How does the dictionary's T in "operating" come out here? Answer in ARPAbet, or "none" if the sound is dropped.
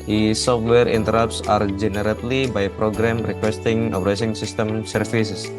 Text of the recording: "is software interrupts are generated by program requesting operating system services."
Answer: S